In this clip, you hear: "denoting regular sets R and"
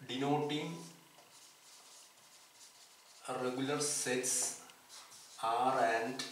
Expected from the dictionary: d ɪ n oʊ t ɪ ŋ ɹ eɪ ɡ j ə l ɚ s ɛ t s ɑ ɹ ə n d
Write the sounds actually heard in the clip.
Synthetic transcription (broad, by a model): d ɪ n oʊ t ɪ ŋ ɹ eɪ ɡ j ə l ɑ s ɛ t s ɑ ɹ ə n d